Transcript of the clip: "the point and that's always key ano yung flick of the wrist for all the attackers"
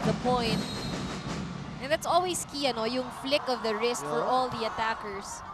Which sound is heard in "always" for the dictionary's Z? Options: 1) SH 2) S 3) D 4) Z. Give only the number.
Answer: 2